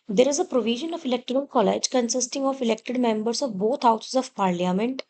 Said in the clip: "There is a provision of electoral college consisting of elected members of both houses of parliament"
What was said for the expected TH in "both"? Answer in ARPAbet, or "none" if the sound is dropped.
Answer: T